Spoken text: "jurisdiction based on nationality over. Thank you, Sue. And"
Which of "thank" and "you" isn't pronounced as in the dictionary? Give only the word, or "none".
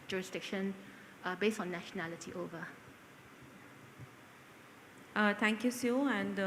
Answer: thank